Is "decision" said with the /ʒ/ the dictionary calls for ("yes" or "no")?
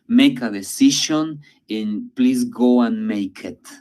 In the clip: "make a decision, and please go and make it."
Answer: no